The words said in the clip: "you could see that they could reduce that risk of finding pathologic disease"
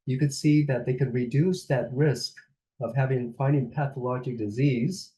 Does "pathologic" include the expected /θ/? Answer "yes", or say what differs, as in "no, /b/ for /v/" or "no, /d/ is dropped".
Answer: yes